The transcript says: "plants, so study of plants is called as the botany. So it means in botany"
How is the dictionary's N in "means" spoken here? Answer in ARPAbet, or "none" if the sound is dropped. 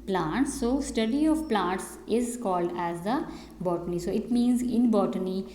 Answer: N